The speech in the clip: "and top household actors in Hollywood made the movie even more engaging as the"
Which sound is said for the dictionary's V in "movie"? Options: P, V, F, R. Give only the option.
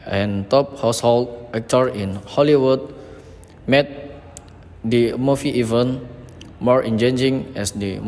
F